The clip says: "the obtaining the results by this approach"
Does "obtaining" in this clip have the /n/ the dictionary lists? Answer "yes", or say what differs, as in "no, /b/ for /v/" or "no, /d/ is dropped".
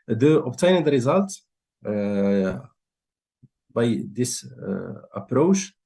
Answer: no, /n/ is dropped